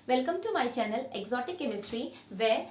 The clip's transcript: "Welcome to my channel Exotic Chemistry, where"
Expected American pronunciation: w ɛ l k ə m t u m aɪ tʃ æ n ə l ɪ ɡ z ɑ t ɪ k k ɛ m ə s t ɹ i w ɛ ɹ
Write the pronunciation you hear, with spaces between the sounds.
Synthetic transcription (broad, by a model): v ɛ l k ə m t u m aɪ tʃ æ n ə l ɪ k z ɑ t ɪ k k ɛ m ə s t ɹ i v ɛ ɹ